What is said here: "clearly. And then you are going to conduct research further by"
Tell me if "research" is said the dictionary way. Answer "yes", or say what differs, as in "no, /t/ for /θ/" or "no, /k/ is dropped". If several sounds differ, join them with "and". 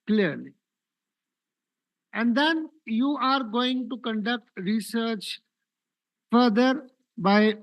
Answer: yes